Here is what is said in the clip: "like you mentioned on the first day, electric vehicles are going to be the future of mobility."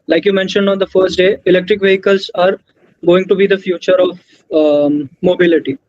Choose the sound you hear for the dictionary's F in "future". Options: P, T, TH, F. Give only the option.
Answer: F